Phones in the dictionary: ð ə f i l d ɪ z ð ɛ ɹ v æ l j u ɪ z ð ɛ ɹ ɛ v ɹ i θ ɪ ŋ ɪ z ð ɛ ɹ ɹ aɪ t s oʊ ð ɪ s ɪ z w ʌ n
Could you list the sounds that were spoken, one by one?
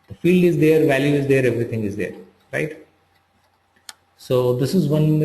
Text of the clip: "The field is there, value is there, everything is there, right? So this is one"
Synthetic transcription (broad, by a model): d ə f i l d ɪ z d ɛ ɹ v æ l j u ɪ z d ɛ ɹ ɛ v ɹ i t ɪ ŋ ɪ z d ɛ ɹ ɹ aɪ t s oʊ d ɪ s ɪ z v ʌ n